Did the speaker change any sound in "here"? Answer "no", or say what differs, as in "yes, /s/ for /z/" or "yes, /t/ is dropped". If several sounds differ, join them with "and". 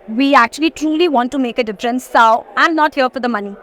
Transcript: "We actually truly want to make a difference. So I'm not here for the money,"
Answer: yes, /l/ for /ɹ/